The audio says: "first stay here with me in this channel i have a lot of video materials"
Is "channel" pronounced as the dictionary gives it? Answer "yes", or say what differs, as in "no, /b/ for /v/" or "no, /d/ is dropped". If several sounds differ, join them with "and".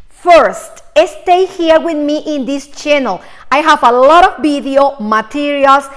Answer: yes